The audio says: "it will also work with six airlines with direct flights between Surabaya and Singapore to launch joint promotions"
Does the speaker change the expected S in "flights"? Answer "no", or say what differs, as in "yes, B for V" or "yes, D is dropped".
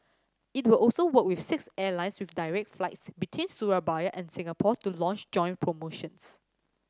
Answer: no